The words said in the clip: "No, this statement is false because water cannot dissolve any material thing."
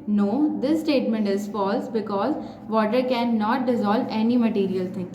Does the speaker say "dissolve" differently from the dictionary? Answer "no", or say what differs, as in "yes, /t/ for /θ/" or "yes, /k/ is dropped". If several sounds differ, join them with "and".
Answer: no